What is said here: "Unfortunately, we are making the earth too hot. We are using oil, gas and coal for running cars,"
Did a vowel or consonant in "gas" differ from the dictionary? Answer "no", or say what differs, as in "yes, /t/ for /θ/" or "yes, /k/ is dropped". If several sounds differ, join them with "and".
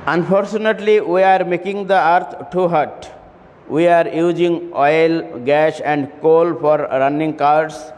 yes, /ʃ/ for /s/